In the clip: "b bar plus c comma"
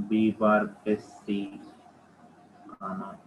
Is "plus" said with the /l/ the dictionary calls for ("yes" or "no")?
no